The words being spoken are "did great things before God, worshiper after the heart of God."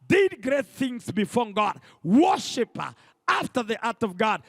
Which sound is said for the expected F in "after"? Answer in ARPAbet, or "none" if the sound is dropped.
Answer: F